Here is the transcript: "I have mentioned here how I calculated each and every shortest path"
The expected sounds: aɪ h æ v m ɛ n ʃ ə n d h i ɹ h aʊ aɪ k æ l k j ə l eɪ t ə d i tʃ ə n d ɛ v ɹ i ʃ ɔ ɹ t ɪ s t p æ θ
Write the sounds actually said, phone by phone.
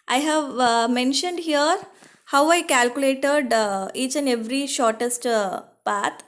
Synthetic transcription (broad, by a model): aɪ h æ v m ɛ n ʃ ə n d h i ɹ h aʊ aɪ k æ l k j ə l eɪ t ə d i tʃ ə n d ɛ v ɹ i ʃ ɔ ɹ t ɪ s t p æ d